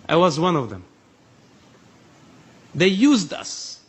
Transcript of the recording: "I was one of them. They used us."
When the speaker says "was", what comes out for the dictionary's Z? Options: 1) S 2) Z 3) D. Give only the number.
2